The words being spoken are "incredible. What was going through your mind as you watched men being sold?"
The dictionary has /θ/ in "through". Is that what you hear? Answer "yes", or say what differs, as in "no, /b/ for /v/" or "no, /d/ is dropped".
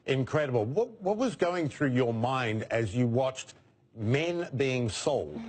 yes